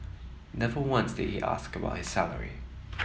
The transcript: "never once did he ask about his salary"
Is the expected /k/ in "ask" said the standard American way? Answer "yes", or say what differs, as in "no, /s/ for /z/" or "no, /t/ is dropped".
yes